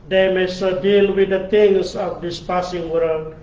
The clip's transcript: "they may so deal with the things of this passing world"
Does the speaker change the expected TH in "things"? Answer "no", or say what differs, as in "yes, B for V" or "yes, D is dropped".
yes, T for TH